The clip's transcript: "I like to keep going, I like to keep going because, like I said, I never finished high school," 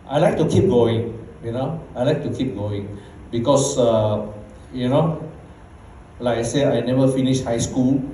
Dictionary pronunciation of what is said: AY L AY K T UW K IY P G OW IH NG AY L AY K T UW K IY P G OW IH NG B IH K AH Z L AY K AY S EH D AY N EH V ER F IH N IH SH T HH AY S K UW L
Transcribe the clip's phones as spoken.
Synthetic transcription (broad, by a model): AY L AY K T UW K IY P G OW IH NG AY L AY K T UW K IY P G OW IH NG B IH K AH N L AY K AY S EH AY N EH V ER F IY N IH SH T HH AY S K UW L